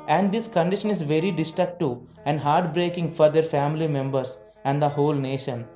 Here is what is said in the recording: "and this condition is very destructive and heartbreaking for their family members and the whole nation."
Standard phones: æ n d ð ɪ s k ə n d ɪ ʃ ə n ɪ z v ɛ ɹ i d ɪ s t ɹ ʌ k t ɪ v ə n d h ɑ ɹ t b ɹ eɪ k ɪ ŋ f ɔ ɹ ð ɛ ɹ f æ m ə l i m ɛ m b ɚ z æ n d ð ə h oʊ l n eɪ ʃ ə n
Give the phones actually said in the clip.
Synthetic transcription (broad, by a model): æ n d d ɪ s k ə n d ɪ ʃ ə n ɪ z v ɛ ɹ i d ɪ s t ɹ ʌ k t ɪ ə n d h ɑ ɹ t b ɹ eɪ k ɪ ŋ f ɔ ɹ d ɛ ɹ f æ m ə l i m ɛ m b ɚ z æ n d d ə h oʊ l n eɪ ʃ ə n